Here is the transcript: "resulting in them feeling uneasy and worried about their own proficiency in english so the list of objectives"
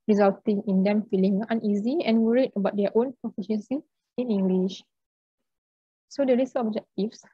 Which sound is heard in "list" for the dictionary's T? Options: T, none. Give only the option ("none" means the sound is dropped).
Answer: none